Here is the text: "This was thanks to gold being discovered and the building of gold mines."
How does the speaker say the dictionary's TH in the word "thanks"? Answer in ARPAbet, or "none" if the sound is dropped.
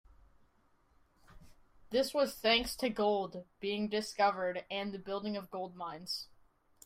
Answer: TH